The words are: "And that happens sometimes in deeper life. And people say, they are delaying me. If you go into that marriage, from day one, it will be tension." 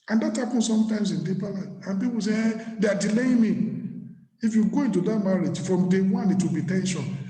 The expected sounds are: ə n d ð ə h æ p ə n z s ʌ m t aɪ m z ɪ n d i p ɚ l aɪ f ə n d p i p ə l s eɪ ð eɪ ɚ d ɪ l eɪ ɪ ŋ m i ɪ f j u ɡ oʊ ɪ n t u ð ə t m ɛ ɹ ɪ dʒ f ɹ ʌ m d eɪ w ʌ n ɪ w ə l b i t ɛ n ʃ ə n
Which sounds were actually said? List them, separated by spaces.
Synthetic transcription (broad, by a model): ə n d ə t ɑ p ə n s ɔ m t aɪ m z ɪ n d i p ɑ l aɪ ə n p i p ə l s eɪ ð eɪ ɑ d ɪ l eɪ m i ɪ f j u ɡ oʊ ɪ n t u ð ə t m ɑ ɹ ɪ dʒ f ɹ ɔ m d eɪ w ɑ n ɪ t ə b i t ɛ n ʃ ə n